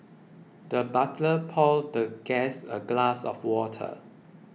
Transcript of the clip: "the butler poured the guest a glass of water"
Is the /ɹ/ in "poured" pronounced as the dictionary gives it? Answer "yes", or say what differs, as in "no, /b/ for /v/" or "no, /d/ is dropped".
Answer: no, /l/ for /ɹ/